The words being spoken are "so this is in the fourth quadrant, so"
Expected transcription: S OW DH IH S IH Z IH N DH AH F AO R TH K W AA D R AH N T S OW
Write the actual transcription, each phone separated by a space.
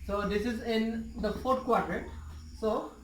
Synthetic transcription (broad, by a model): S OW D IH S IH Z IH N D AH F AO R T K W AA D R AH T S OW